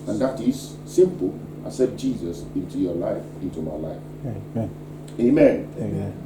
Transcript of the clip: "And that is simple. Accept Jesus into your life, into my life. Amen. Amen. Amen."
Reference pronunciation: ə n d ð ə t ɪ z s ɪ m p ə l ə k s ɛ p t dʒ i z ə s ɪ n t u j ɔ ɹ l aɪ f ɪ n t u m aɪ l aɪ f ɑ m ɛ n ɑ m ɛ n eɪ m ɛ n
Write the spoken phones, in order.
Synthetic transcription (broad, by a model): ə n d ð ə t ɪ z s ɪ m p ə l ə s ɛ t dʒ i z ə s ɪ n t u j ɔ l aɪ f ɪ n t u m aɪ l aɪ ɑ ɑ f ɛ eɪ m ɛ n